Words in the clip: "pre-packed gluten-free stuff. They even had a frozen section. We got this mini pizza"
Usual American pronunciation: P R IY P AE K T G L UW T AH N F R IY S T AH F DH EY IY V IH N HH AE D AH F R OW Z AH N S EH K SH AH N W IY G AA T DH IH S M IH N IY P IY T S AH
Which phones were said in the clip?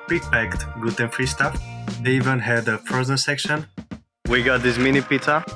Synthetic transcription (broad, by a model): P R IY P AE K T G UW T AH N F R IY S T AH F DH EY IY V IH N HH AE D AH P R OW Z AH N S EH K SH AH N W IY G AA T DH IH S M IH N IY P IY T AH